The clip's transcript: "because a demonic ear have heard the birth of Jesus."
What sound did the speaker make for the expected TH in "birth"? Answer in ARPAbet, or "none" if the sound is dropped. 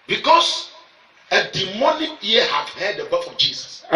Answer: F